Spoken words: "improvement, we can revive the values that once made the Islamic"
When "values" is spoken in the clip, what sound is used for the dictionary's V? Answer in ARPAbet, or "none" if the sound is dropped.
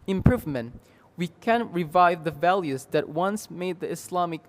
V